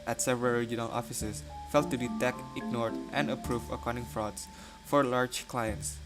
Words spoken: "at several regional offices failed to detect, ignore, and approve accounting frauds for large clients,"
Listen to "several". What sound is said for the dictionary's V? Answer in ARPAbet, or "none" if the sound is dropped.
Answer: V